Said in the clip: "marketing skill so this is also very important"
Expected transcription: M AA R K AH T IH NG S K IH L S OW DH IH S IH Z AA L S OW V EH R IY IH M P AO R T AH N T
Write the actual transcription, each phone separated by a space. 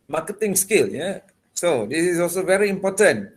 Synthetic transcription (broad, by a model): M AA K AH T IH NG S K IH L S OW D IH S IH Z AA L S OW V EH R IY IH M P AO T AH N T